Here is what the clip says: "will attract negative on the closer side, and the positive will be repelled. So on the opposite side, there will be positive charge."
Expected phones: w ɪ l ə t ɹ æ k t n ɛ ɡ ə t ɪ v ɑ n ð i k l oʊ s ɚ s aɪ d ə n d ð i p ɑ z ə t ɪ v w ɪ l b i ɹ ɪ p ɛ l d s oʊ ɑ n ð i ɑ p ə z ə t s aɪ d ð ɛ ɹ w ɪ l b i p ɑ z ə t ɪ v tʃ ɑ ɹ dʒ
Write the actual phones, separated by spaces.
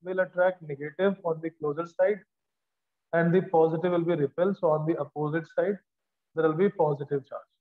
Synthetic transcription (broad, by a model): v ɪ l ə t ɹ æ k n ɛ ɡ ə t ɪ v ɑ n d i k l oʊ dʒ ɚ s aɪ d ə n d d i p ɑ z ə t ɪ v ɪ l b i ɹ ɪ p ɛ l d s oʊ ɑ n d i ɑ p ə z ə t s aɪ d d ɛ ɹ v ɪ l b i p ɑ z ə t ɪ v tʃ ɑ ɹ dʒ